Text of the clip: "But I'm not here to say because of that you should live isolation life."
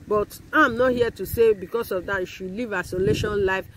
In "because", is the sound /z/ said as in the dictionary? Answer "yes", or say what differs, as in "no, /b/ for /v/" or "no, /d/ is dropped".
no, /s/ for /z/